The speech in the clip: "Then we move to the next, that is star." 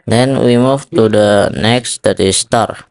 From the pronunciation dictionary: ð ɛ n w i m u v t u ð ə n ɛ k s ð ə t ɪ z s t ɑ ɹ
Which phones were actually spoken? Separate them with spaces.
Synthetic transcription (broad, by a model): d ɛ n w i m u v t u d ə n ɛ k s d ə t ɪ s t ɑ ɹ